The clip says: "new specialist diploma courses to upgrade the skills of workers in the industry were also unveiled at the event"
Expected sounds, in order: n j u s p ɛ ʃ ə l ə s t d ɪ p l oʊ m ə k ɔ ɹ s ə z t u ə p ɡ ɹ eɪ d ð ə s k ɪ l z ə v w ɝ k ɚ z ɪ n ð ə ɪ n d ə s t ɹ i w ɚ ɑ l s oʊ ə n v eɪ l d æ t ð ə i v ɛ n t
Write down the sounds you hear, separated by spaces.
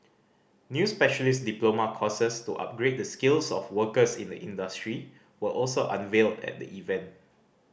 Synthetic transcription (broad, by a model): n j u s p ɛ ʃ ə l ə s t d ɪ p l oʊ m ə k ɔ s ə s t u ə p ɡ ɹ eɪ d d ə s k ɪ l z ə f w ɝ k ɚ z ɪ n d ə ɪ n d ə s t ɹ i w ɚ ɑ l s oʊ ə n v eɪ l d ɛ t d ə i v ɛ n t